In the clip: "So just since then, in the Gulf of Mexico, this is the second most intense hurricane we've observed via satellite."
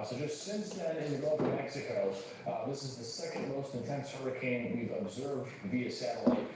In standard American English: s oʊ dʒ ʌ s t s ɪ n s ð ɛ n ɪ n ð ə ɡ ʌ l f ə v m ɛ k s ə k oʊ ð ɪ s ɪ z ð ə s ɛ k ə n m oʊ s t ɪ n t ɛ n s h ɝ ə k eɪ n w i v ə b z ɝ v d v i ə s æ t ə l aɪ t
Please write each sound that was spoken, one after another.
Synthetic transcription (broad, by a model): s oʊ dʒ ʌ s t s ɪ n s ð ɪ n ɪ n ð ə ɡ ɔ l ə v m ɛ k s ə k oʊ ð ɪ s ɪ z ð ə s ɛ k ə n m oʊ s t ɪ n t ɛ n s h ɝ ə k eɪ n w i v ə b z ɝ v d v i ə s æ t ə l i